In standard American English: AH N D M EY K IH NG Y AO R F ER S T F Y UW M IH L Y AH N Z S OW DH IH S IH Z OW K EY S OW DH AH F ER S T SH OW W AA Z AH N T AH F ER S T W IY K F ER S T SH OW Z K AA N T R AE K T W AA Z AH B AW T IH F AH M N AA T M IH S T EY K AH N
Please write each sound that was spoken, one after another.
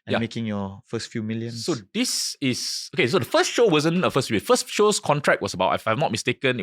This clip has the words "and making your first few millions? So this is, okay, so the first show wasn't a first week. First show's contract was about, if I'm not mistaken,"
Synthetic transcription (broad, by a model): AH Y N M EY K IH NG Y AO F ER S T F Y UW M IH L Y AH N S OW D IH S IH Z OW K EY S OW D AH F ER S T SH OW W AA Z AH N AH F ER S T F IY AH F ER S T SH OW S K AA N T R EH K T W AA S AH B AW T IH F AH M N AA T M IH S T EY K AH N